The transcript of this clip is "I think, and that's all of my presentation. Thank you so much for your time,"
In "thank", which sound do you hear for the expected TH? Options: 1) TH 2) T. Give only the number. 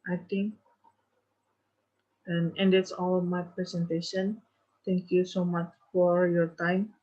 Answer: 2